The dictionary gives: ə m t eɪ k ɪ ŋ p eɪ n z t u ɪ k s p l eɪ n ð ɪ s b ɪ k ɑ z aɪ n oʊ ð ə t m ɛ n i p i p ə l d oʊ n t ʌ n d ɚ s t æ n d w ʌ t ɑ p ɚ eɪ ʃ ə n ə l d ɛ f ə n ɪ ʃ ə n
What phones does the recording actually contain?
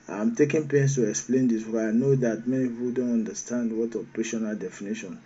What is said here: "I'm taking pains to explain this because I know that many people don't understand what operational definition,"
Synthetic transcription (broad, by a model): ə m t eɪ k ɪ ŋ p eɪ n s t u ɪ k s p l eɪ n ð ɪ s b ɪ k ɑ aɪ n oʊ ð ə t m ɛ n i p i p ə l d oʊ n t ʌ n d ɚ s t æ n d w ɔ t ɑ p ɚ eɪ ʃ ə n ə l d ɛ f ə n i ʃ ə n